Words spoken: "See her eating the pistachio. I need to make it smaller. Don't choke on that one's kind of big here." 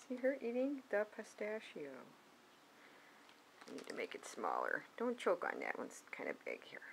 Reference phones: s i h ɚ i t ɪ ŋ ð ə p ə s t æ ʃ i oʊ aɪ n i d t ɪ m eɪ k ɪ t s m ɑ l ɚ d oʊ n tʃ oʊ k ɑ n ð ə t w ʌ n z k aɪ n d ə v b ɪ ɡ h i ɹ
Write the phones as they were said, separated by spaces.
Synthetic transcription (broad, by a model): s i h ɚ i t ɪ ŋ ð ə p ə s t æ ʃ i oʊ aɪ n i d t ɪ m eɪ k ɪ t s m ɑ l ɚ d oʊ n tʃ oʊ k n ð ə t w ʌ n s k aɪ n d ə b ɪ ɡ h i ɹ